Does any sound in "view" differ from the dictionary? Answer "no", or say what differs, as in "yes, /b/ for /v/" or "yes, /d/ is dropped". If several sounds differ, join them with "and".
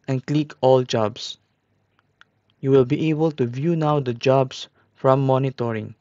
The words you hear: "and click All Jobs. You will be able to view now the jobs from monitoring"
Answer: no